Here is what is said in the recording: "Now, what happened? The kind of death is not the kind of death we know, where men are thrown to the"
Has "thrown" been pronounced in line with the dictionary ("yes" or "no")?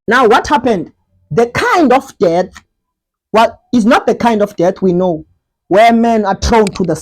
no